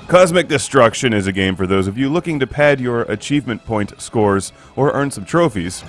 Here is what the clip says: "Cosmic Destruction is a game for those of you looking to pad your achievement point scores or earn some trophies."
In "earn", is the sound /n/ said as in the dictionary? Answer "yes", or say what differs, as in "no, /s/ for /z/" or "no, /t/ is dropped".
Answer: yes